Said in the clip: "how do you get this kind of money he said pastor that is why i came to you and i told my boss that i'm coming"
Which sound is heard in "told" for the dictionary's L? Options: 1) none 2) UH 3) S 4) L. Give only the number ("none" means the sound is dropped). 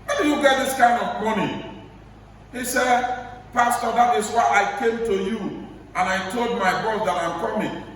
4